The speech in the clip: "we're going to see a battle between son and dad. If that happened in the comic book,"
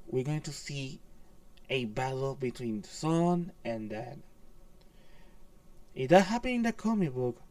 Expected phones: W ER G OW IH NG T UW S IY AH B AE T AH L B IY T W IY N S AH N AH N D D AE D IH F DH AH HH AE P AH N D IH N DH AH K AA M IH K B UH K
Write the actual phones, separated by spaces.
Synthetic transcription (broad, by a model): W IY G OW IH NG T UW S IY AH B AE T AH L B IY T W IY N S AH N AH N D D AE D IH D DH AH HH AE P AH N IH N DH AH K AA M IH K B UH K